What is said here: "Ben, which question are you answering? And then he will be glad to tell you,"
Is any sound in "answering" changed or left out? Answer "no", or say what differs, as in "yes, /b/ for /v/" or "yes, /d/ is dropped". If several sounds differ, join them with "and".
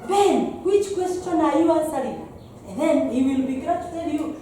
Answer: yes, /n/ is dropped